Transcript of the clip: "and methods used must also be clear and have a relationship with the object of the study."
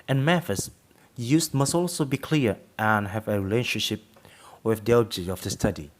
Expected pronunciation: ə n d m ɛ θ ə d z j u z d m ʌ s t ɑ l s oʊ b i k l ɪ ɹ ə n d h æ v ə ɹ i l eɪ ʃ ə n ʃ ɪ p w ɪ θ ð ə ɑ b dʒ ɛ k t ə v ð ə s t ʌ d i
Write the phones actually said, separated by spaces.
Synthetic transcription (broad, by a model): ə n m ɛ f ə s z j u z m ʌ s t ɑ l s oʊ b i k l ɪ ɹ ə n h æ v ə ɹ i l eɪ ʃ ə n ʃ ɪ p w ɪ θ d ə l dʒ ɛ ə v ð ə s t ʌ d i